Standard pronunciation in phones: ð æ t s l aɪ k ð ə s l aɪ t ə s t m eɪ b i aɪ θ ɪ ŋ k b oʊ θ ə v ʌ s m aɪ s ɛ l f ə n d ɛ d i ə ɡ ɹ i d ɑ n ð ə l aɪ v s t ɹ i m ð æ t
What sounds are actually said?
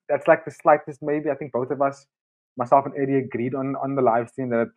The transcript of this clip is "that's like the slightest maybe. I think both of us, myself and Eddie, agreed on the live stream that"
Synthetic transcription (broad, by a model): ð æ t s l aɪ k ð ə s l aɪ t ə s t m eɪ b i aɪ θ ɪ ŋ k b oʊ θ ə v ʌ s m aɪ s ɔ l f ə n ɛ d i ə ɡ ɹ i d ɑ n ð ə l aɪ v s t i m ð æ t